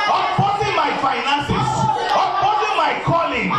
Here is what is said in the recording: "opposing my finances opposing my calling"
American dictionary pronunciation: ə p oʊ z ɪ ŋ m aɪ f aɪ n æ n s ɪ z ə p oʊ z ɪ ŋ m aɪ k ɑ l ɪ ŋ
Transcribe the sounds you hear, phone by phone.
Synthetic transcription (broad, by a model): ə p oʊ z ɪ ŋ m aɪ f aɪ n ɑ n s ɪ s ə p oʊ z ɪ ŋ m aɪ k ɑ l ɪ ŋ